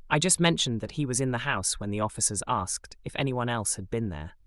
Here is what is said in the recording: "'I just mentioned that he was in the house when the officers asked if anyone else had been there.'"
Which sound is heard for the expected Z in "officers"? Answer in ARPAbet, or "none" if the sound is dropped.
Z